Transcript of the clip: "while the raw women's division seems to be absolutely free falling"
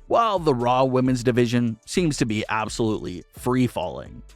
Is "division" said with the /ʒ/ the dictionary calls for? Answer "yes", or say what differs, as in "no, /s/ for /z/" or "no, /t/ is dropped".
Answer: yes